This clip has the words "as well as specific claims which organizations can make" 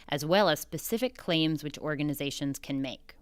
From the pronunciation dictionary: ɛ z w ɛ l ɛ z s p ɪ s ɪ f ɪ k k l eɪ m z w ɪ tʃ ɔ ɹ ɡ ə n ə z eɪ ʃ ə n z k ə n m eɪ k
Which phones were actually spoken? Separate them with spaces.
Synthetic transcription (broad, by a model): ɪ z w ɛ l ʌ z s p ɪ s ɪ f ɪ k k l eɪ m z w ɪ tʃ ɔ ɹ ɡ ə n ə z eɪ ʃ ə n z k ə n m eɪ k